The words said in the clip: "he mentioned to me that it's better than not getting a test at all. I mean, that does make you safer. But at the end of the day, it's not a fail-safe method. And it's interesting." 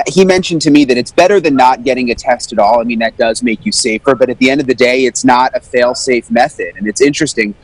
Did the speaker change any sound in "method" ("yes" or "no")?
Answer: no